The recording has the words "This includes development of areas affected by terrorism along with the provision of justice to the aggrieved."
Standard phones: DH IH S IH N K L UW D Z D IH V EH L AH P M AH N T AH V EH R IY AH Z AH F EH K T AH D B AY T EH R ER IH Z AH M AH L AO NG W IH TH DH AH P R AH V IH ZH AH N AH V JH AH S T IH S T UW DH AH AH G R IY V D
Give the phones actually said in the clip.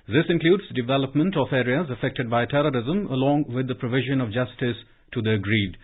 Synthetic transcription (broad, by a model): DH IH S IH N K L UW D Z D IH V EH L AH P M AH N T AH F EH R IY AH Z AH F EH K T AH D B AY T EH R ER IH Z AH M AH L AO NG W IH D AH P R AH V IH ZH AH N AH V JH AH S T IH S T UW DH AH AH G R IY D